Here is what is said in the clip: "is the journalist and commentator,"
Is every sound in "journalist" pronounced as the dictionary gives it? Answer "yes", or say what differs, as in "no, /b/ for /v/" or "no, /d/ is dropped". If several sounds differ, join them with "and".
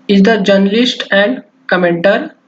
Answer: yes